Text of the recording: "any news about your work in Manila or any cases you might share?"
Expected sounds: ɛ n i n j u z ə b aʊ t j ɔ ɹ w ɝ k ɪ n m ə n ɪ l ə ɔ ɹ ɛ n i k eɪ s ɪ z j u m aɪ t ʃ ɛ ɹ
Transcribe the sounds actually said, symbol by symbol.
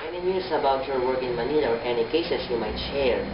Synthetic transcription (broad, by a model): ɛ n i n j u s ə b aʊ t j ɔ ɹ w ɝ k ɪ n m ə n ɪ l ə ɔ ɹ ɛ n i k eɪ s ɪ s j u m aɪ t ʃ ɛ ɹ